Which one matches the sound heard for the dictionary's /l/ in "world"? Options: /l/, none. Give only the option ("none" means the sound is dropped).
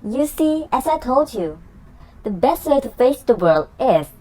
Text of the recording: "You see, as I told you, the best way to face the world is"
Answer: /l/